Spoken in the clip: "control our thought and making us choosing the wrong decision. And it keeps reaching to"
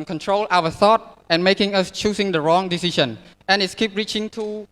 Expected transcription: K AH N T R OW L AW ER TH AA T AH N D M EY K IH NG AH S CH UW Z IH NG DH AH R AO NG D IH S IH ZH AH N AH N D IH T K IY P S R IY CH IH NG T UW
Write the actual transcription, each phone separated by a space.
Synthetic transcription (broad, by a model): K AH N T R OW L AW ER TH AA T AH N M EY K IH NG AH S CH UW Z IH NG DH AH R AO NG D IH S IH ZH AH N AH N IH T K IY P R IY CH IH NG T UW